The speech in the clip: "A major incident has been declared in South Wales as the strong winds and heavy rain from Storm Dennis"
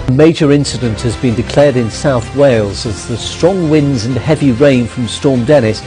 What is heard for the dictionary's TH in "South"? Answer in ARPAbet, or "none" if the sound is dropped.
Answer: TH